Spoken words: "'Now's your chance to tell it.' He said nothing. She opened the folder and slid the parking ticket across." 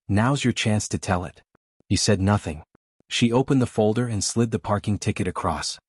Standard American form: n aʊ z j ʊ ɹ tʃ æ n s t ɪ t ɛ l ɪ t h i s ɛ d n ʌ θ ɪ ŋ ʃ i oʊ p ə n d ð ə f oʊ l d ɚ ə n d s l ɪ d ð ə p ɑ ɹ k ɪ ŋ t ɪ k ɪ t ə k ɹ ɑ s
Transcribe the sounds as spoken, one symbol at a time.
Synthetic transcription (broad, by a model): n aʊ z j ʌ ɹ tʃ æ n s t ɪ t ɛ l ɪ t h i s ɛ d n ʌ θ ɪ ŋ ʃ i oʊ p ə n ð ə f oʊ l d ɚ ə n s l ɪ d ð ə p ɑ ɹ k ɪ ŋ t ɪ k ɪ t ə k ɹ ɑ s